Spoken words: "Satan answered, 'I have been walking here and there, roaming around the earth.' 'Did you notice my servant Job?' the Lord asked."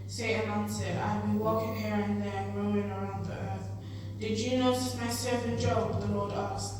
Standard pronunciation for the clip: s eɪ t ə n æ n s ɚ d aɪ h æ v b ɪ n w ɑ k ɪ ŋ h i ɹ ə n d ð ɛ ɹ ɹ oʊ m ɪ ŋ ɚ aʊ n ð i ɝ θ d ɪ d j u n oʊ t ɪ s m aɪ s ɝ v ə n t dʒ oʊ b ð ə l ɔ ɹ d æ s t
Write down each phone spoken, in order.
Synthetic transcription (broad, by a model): s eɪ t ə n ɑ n s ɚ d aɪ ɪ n w ɑ k ɪ ŋ h i ɹ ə n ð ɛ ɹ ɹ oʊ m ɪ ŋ ɚ aʊ n ð i ɝ θ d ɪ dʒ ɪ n oʊ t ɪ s m aɪ s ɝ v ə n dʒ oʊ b ð ə l ɔ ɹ d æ s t